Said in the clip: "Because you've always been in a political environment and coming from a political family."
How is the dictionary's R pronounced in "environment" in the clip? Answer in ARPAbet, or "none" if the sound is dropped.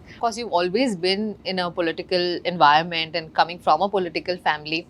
R